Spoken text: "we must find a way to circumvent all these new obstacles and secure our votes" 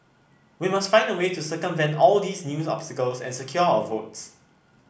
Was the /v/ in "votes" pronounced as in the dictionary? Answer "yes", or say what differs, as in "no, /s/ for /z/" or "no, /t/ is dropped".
yes